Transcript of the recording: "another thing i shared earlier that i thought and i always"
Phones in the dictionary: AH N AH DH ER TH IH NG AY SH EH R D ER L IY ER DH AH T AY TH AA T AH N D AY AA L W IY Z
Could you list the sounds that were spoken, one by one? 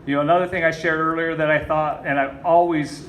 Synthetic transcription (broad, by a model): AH N AH DH ER TH IH NG AY SH EH R D ER L IY ER DH AH T AY TH AA T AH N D AY AA L W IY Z